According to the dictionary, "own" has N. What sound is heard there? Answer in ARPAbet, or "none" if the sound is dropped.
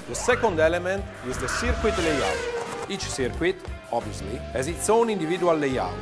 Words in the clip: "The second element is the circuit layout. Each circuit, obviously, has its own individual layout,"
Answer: N